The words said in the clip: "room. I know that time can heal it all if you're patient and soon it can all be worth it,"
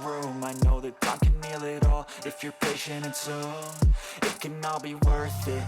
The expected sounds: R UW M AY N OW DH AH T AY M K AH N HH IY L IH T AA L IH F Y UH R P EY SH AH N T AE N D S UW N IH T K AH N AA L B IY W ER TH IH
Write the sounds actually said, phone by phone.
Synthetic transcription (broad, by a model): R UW M AY N OW DH AH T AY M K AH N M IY L IH T AA L IH F Y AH R P EY SH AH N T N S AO IH T K AH N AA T B IY W ER TH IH